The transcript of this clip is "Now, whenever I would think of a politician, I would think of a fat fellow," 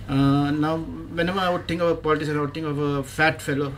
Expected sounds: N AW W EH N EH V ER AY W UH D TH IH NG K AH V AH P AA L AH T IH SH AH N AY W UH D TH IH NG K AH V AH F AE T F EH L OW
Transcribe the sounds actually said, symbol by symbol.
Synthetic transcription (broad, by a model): N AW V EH N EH V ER AY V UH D T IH NG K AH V AH P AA L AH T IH S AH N AY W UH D T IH NG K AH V AH F AE T F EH L OW